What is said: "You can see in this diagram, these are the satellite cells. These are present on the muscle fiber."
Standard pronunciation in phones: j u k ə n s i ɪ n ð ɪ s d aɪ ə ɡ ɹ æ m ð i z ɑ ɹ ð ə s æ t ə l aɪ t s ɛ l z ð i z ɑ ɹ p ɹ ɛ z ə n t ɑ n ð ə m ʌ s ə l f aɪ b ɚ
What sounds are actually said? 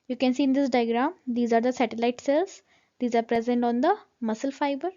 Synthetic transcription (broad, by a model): j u k ə n s i ɪ n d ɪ s d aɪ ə ɡ ɹ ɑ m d i z ɑ ɹ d ə s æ t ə l aɪ t s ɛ l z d i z ɑ ɹ p ɹ ɛ z ə n t ɑ n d ə m ʌ s ə l f aɪ b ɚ